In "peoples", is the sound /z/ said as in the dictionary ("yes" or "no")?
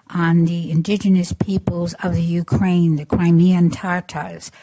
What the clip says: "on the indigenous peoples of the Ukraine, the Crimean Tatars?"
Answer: yes